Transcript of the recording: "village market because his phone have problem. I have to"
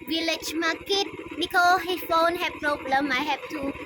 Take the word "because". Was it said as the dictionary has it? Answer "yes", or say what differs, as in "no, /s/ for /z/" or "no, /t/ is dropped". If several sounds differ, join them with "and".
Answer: no, /z/ is dropped